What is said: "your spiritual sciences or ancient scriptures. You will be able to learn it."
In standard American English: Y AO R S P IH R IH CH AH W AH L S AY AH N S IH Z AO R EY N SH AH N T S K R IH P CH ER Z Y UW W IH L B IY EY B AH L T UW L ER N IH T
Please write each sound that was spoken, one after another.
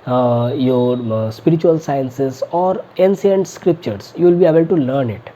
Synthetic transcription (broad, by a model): Y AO R S P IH R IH CH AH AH L S AY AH N S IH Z AO R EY N S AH N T S K R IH P CH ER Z Y UW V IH L B IY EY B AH L T UW L ER N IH T